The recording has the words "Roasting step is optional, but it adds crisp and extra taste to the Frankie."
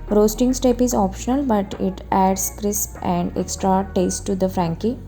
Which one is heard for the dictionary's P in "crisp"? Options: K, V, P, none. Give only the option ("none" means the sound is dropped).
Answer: P